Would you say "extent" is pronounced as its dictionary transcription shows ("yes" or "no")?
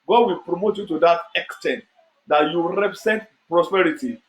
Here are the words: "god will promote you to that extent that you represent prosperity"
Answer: yes